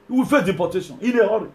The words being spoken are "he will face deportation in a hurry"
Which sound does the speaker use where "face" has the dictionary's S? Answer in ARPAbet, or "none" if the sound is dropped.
none